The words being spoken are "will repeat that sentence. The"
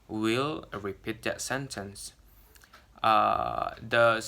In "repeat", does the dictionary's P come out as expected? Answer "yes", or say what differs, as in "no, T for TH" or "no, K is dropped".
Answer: yes